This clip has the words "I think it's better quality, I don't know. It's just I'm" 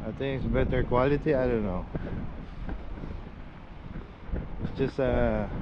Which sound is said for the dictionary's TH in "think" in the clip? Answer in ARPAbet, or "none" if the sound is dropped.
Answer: T